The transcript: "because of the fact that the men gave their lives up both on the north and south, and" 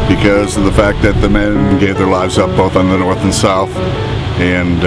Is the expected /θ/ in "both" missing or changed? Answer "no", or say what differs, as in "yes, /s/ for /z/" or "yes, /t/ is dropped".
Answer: no